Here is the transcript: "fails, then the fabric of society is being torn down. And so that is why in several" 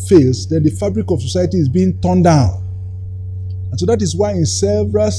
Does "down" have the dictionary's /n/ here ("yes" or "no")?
yes